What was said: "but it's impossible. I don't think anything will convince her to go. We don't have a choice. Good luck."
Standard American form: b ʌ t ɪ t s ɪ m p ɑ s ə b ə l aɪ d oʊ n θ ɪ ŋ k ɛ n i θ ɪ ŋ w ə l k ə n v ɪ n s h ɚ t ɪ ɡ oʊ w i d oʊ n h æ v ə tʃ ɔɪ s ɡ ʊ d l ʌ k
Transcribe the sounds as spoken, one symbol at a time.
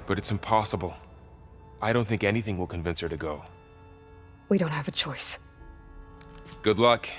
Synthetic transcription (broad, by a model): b ʌ t ɪ t s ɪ m p ɑ s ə b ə l aɪ d oʊ n θ ɪ ŋ k ɛ n i θ ɪ ŋ w ə l k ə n v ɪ n s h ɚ t ɪ ɡ oʊ w i d oʊ n h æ v ə tʃ ɔɪ s ɡ ʊ d l ʌ k